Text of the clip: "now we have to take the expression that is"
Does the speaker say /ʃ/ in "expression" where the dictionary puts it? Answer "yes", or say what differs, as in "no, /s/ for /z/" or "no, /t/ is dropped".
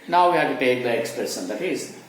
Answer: no, /s/ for /ʃ/